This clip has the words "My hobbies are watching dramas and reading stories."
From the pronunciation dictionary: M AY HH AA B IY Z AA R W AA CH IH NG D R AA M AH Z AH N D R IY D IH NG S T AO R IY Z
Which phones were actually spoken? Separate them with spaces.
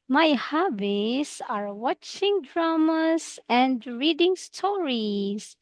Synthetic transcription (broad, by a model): M AY HH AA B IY S AA R W AA CH IH NG D R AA M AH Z AH N D R IY D IH NG S T AO R IY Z